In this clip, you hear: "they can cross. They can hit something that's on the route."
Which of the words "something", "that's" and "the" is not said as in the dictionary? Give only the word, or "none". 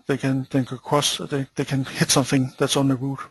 none